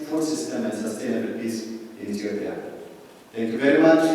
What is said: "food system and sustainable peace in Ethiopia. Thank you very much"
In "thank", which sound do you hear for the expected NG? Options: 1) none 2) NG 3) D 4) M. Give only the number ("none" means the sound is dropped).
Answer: 1